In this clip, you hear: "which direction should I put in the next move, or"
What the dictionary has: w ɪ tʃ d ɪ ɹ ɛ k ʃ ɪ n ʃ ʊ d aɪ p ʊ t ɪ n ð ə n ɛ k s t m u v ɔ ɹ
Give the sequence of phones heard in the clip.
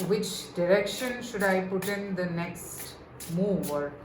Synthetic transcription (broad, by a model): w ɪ tʃ d ɪ ɹ ɛ k ʃ ɪ n ʃ ʊ d aɪ p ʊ t ɪ n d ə n ɛ k s t m u v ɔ ɹ